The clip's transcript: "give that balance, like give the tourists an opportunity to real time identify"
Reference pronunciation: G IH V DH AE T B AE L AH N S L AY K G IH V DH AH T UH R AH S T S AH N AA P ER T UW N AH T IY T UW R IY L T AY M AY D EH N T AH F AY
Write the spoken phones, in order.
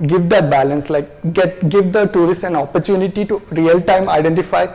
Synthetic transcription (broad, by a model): G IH V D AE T B AE L AH N S L AY K G IH V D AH T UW R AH S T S AH N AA P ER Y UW N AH T IY T UW R IY L T AY M AY D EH N T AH F AY